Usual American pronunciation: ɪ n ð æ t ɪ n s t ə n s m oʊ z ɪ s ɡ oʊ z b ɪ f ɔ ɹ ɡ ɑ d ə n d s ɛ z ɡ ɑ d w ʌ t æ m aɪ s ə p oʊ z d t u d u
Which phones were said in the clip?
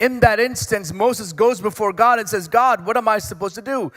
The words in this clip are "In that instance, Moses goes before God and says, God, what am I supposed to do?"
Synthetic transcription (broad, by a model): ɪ n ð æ t ɪ n s t ə n s m oʊ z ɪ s ɡ oʊ z b ɪ f ɔ ɹ ɡ ɑ d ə n s ɛ z ɡ ɑ d w ʌ t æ m aɪ s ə p oʊ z t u d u